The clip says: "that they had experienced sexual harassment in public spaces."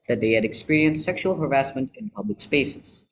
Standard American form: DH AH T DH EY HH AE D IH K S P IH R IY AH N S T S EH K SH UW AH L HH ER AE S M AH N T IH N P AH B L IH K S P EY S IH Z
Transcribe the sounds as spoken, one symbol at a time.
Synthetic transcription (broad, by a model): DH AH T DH EY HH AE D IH K S P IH R IY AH N S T S EH K SH UW AH L HH ER AE S M AH N T IH N P AH B L IH K S P EY S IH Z